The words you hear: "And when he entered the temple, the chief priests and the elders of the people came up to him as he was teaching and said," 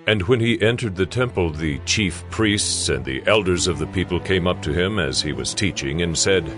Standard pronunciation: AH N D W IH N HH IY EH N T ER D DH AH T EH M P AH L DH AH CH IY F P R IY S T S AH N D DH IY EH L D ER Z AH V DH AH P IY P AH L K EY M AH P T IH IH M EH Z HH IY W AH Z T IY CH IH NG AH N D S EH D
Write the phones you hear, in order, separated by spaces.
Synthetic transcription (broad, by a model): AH N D W IH N IY EH N T ER D DH AH T EH M P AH L DH AH CH IY F P R IY S T S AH N DH IY EH L D ER Z AH V DH AH P IY P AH L K EY M AH P T IH IH M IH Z IY W AH Z T IY CH IH NG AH N S EH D